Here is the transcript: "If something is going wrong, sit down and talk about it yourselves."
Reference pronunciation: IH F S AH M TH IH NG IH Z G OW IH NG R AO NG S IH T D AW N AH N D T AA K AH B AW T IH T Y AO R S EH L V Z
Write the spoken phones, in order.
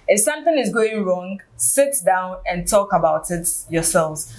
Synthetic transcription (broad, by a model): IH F S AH M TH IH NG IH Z G OW IH NG R AO NG S IH T D AW N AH N T AA K AH B AW T IH T Y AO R S EH L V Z